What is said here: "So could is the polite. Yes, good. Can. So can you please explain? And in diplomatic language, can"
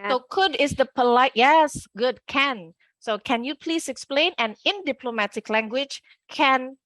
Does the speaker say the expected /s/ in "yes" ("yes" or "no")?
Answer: yes